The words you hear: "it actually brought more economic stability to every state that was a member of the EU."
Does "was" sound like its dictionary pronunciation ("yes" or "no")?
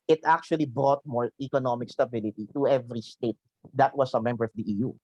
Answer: no